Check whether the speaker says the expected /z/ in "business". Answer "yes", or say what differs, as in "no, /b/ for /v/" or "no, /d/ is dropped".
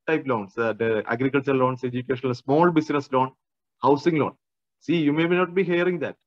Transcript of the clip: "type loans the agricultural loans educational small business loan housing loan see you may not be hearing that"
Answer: no, /s/ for /z/